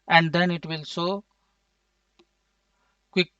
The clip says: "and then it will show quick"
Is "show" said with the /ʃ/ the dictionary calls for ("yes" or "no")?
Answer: no